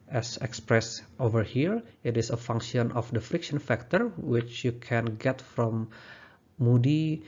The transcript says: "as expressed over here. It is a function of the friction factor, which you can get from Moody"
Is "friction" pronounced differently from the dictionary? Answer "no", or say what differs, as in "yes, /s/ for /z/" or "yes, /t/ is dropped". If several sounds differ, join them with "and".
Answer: no